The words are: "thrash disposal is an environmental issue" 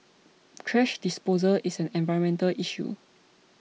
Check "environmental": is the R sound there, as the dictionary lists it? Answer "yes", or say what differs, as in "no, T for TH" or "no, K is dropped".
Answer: no, R is dropped